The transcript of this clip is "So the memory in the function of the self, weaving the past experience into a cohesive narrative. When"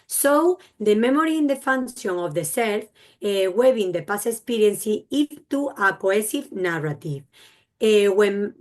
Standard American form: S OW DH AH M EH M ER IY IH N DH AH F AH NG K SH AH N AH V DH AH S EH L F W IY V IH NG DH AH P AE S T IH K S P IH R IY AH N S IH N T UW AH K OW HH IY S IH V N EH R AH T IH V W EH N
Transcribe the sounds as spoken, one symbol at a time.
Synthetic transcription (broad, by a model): S OW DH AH M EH M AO IY IH N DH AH F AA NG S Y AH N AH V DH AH S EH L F W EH B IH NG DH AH P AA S IH K S P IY R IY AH N S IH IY T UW AH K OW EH S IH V N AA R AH T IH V W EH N